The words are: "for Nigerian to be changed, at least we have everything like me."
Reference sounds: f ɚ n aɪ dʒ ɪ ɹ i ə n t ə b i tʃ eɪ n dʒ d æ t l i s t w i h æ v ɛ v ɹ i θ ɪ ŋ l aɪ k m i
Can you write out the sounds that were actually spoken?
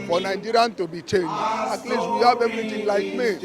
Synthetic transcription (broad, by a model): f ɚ n aɪ dʒ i ɹ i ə n t ə b i tʃ eɪ n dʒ ɑ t l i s w i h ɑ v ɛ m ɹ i t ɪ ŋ l aɪ k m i